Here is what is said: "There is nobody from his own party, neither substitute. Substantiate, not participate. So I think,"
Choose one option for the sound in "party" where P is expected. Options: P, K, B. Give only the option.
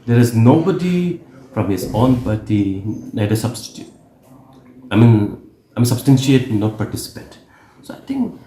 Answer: B